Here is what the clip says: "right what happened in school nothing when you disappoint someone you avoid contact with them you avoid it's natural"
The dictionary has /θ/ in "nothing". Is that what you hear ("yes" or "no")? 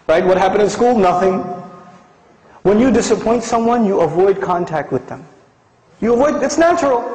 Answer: yes